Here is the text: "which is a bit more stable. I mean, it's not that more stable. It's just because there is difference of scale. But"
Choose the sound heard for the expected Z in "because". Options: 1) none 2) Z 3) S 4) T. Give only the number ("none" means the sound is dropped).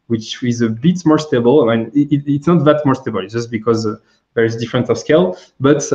2